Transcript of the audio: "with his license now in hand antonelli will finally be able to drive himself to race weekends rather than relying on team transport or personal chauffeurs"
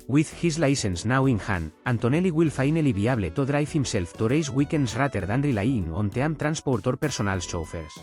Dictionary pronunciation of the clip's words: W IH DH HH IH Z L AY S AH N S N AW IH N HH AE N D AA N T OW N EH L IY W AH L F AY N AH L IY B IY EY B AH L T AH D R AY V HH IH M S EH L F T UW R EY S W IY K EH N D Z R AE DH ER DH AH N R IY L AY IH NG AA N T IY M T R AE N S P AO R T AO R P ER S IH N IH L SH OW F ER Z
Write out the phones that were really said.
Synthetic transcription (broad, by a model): W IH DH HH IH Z L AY S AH N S N AW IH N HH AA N AA N T OW N EH L IY W AH L F AY N AH L IY B IY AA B L T AH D R AY F HH IH M S EH L F T UW R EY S W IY K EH N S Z R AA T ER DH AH N R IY L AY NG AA N T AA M T R AE N S P AO R T AO R P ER S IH N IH L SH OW F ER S